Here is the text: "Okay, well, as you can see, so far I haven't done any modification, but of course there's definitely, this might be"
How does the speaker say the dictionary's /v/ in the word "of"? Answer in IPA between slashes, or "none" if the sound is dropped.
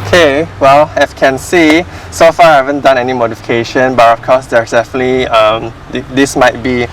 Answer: /f/